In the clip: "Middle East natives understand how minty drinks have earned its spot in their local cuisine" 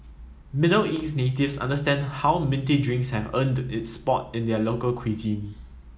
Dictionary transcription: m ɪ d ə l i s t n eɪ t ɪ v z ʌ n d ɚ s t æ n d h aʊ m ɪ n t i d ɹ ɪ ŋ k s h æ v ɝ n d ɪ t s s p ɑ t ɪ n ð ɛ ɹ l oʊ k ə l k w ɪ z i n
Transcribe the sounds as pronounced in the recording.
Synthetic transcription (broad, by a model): m ɪ d ə l i s n eɪ t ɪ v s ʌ n d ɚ s t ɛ n d h aʊ m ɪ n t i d ɹ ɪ ŋ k s h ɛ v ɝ n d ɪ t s s p ɑ t ɪ n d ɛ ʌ l oʊ k ə l k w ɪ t i